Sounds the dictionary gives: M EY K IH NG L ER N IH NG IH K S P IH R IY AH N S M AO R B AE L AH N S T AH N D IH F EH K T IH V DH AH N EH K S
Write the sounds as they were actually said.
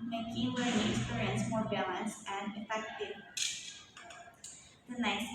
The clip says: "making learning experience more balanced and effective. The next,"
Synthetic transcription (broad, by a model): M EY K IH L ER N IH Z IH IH R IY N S M AO R B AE L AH N S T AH N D IH F EH K T IH V DH AH N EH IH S